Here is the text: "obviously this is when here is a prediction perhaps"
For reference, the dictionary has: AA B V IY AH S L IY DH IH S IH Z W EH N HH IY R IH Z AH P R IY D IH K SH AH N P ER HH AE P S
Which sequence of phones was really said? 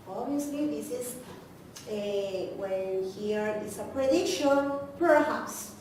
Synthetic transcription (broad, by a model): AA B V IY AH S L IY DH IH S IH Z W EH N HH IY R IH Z AH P R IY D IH SH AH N P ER HH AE P S